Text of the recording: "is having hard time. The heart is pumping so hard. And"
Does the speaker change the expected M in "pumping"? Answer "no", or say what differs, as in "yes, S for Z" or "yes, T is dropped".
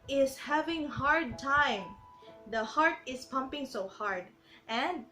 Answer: no